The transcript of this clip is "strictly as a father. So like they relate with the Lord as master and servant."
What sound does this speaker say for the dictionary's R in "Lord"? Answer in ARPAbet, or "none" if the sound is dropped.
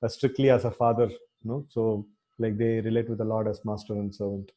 R